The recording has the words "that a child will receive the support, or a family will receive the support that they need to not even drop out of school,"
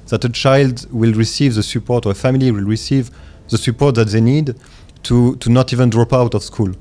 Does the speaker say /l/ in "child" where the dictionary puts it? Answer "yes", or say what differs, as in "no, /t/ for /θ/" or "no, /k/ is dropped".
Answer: yes